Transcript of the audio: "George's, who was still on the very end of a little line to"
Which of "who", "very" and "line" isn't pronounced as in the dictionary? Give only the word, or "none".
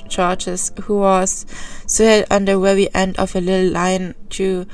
very